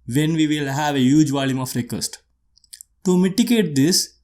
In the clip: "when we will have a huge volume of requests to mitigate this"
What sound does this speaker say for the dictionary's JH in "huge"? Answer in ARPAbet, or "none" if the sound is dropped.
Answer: JH